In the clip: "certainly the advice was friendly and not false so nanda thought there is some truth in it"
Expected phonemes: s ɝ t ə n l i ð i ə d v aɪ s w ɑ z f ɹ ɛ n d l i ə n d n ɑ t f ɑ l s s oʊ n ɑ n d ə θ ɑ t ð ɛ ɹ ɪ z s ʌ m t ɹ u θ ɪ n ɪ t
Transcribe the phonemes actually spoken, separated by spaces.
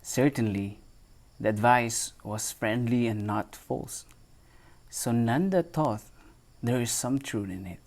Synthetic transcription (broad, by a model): s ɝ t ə n l i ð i ə d v aɪ s w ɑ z f ɹ ɛ n d l i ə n n ɑ t f ɑ l s s oʊ n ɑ n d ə t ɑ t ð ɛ ɹ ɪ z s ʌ m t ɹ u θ ɪ n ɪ t